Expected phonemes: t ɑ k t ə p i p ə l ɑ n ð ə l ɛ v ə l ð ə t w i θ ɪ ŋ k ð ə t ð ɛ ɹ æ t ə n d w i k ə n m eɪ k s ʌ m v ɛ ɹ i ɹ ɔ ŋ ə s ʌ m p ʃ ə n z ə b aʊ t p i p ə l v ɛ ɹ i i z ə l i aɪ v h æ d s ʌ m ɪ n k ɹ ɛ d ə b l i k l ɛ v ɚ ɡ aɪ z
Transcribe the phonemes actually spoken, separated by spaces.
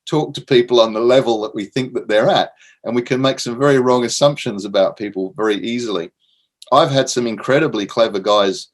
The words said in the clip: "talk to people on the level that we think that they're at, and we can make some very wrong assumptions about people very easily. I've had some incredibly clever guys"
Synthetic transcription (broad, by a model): t ɑ k t ə p i p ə l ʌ n ð ə l ɛ v ə l ð ə t w i θ ɪ ŋ k ð ə t ð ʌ ɹ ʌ t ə n w i k ə n m eɪ k s ʌ m v ɛ ɹ i ɹ ɔ ŋ ə s ʌ m p ʃ ə n z ə b aʊ t p i p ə l v ɛ ɹ i i z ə l i aɪ v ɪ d s ʌ m ɪ n k ɹ ɛ d ə b l i k l ɛ v ɚ ɡ aɪ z